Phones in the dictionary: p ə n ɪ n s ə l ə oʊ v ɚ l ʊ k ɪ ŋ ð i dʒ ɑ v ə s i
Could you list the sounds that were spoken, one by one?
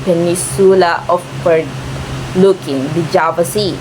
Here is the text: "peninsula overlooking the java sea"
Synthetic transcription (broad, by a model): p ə n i s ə l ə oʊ p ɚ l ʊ k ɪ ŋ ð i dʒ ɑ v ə s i